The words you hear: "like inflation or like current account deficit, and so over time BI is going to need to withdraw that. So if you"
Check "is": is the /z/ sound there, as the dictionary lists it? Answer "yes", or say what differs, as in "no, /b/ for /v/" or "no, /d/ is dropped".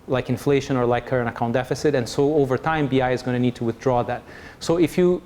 yes